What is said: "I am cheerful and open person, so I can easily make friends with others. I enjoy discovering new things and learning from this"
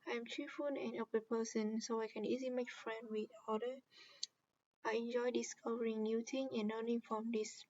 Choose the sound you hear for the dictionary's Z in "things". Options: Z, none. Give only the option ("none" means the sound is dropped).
none